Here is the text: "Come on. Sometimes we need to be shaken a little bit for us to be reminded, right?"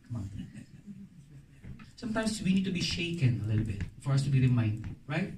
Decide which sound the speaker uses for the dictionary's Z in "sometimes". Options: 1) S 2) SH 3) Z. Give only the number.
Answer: 1